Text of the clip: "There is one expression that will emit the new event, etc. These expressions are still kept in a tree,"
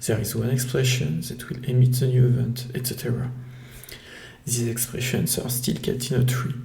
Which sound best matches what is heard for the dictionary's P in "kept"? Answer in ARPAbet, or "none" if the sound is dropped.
none